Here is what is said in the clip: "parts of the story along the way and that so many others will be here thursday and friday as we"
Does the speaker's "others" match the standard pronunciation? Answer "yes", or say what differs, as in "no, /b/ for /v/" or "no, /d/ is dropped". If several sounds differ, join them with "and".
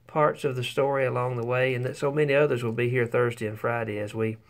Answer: yes